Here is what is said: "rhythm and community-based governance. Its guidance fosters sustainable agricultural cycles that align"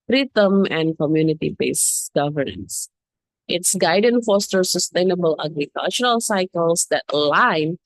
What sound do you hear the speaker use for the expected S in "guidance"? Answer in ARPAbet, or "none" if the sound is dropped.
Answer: none